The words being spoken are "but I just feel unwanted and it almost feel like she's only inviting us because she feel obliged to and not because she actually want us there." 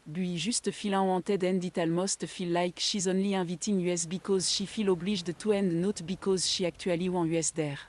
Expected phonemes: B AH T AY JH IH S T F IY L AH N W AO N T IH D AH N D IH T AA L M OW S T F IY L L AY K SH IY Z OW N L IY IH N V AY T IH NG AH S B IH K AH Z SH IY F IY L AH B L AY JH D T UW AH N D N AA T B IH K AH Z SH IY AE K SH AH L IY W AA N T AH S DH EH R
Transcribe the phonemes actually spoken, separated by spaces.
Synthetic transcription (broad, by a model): B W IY ZH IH S T F IY L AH W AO T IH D AH N D IH T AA L M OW S T F IY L L AY K SH IY Z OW N L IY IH V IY T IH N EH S B IH K AH Z SH IY F IY L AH B L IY ZH D T UW AH N D N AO T B IH K AH Z SH IY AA K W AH L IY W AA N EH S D EH R